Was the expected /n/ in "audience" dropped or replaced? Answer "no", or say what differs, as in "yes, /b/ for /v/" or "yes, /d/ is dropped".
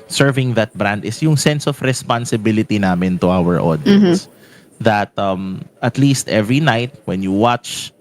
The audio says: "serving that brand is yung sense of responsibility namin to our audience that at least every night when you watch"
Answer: yes, /n/ is dropped